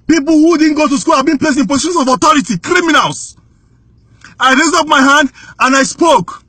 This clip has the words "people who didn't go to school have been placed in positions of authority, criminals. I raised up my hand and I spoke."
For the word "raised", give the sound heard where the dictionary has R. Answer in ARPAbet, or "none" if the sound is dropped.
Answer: R